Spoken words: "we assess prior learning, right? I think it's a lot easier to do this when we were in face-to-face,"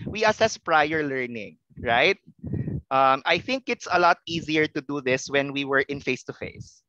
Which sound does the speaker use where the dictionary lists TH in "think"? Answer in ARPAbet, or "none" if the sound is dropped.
TH